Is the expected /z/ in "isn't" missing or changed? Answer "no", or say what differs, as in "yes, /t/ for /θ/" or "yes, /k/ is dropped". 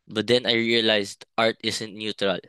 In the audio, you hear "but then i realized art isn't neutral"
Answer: yes, /s/ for /z/